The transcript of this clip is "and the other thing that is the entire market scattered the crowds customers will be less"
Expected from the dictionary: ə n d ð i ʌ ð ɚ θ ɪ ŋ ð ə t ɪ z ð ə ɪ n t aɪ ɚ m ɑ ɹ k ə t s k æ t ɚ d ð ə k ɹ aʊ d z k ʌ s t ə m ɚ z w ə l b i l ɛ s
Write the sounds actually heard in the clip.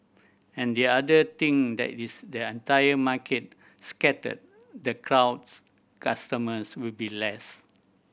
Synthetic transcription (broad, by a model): ə n d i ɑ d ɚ t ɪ ŋ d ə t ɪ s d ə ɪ n t aɪ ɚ m ɑ k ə t s k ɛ t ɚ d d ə k ɹ aʊ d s k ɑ s t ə m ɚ s w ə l b i l ɛ s